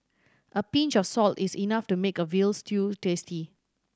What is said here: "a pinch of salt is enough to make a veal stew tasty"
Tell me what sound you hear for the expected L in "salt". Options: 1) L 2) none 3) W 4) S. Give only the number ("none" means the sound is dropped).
1